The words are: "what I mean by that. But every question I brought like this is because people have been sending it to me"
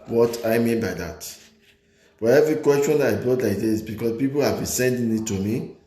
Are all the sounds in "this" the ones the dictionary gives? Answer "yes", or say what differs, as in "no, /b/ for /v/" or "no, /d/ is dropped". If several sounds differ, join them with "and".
no, /s/ is dropped